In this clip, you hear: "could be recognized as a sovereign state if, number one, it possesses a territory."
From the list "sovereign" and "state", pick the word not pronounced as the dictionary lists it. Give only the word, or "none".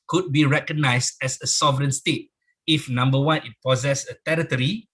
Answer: none